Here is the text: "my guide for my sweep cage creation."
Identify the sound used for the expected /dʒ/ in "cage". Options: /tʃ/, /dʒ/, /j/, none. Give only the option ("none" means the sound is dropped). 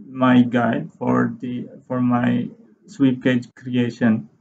/dʒ/